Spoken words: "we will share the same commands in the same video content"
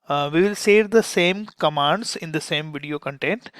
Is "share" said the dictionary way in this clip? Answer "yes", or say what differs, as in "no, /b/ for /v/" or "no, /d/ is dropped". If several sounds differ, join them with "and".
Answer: no, /s/ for /ʃ/